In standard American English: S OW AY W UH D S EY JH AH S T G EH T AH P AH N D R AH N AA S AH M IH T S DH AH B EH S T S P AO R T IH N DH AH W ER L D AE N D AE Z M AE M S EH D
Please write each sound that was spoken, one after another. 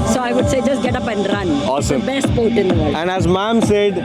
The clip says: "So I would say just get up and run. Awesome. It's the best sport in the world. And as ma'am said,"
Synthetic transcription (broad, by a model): S OW AY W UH D S EY JH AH S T G EH T AH P AH N D R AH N AA S AH M B EH S T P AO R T IH N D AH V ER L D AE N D AE Z M AE M S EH D